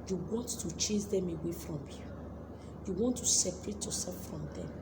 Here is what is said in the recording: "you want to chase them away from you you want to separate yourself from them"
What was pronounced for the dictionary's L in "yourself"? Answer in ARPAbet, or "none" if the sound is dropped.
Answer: none